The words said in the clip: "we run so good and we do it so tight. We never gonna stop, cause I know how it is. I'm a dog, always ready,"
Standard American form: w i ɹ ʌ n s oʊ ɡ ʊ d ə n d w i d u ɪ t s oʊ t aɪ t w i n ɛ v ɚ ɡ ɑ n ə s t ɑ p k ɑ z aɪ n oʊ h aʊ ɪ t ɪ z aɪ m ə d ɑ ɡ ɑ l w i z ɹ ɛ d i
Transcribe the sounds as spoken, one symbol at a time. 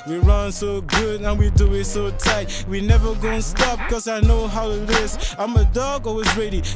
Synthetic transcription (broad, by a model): w i ɹ ʌ n s oʊ ɡ ʊ d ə n w i d u ɪ t s oʊ t aɪ t w i n ɛ v ɚ ɡ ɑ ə s t ɑ p k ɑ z aɪ n oʊ h aʊ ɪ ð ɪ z aɪ m ə d ɑ ɡ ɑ w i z ɹ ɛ d i